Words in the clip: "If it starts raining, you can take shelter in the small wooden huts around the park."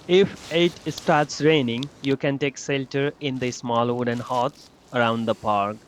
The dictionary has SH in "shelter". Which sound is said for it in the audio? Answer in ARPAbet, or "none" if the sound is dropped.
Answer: S